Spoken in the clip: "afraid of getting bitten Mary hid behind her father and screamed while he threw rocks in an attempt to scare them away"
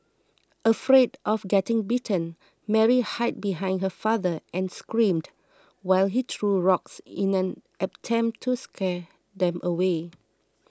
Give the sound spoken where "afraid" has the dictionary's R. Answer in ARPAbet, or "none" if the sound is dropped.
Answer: R